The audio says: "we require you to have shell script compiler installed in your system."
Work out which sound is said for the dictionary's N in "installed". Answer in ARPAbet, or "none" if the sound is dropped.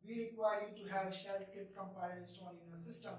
none